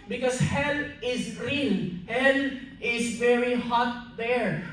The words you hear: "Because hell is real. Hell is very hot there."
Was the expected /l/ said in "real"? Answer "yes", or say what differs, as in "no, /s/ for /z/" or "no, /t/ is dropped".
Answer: no, /n/ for /l/